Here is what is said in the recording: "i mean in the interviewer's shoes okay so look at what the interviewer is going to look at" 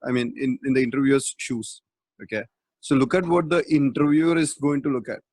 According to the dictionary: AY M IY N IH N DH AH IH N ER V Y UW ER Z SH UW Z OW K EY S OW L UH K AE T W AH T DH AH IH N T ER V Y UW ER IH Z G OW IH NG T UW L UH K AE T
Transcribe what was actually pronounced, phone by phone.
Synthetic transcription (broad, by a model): AY M IY N IH N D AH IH N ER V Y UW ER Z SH UW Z OW K EY S OW L UH K AE T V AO T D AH IH N T ER V Y UW ER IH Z G OW IH NG T UW L UH K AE T